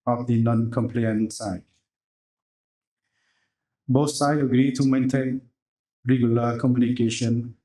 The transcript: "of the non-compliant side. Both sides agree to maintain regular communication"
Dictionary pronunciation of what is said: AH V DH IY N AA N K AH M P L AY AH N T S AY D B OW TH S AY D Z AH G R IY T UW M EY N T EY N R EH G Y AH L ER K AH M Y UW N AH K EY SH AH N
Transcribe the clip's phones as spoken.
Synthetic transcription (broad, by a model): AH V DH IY N AA N K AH M P L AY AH N S AY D B OW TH S AY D AH G R IY T UW M EY N T EY N R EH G Y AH L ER K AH M Y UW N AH K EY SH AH N